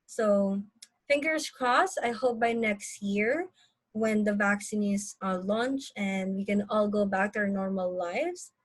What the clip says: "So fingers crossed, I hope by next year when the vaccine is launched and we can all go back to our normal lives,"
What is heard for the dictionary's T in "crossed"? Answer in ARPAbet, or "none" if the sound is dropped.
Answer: none